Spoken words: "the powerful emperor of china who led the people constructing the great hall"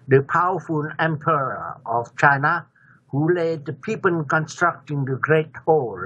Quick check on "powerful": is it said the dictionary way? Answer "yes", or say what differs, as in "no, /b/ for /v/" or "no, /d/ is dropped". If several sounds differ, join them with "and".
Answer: no, /n/ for /l/